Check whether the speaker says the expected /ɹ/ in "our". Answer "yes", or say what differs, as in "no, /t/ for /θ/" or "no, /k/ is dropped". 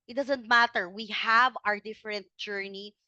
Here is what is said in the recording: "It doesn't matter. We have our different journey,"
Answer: yes